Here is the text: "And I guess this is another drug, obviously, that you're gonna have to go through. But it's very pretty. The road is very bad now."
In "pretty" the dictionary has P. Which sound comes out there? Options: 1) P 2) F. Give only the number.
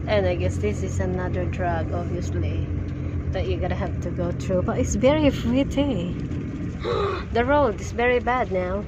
2